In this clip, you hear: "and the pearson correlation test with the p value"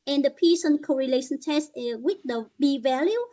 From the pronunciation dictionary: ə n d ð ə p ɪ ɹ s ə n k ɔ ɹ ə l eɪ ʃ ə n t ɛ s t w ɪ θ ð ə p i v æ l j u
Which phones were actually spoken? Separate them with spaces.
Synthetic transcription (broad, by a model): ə n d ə p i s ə n k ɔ ɹ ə l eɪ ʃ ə n t ɛ s t w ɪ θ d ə b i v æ l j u